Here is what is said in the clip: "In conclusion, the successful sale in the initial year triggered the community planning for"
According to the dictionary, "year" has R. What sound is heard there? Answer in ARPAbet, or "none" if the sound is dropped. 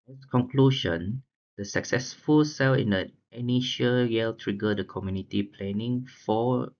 L